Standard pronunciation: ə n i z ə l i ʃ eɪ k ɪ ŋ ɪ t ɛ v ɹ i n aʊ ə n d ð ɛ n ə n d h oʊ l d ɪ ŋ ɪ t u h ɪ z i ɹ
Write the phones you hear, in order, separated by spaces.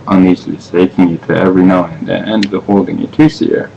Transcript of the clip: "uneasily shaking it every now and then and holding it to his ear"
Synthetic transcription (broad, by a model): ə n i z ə l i s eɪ k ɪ ŋ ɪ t ɛ v ɹ i n aʊ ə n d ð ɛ ə n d h oʊ l d ɪ ŋ ɪ t u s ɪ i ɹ